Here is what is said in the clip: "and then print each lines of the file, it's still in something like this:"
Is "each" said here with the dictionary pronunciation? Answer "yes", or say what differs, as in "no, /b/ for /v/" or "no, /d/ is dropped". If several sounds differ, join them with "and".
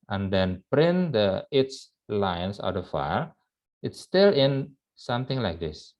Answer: no, /s/ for /tʃ/